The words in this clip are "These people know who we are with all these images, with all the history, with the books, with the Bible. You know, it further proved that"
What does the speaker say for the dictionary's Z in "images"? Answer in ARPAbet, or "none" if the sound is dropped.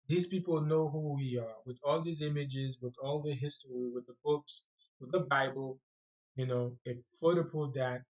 Z